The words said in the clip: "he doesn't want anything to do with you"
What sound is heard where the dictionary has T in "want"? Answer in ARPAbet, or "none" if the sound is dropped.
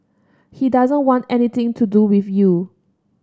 T